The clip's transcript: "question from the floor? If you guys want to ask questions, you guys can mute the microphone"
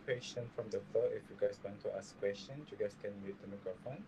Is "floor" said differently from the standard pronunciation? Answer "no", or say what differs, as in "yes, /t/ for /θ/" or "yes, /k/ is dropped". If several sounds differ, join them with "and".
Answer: yes, /l/ is dropped